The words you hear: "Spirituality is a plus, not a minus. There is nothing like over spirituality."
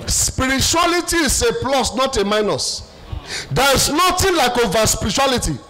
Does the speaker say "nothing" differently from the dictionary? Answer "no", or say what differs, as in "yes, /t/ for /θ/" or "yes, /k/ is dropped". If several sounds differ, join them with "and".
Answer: yes, /t/ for /θ/